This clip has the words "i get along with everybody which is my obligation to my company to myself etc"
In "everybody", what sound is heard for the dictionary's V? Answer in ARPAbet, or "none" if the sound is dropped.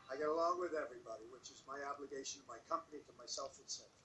V